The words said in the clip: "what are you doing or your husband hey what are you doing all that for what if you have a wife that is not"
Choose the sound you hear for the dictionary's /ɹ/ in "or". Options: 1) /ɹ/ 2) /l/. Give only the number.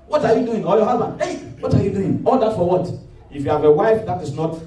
2